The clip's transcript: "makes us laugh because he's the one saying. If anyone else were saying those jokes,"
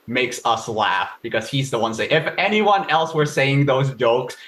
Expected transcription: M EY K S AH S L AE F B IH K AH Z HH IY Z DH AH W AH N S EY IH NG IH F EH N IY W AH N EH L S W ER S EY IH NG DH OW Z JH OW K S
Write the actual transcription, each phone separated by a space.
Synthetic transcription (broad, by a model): M EY K S AH S L AE F B IH K AH Z HH IY Z DH AH W AH N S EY IH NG IH F EH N IY W AH N EH L S W ER S EY IH NG DH OW Z JH OW K S